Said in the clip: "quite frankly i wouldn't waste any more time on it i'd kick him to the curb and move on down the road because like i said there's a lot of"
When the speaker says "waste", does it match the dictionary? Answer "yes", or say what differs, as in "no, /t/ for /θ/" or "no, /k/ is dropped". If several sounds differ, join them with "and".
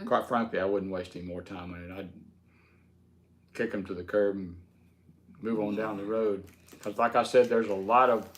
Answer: yes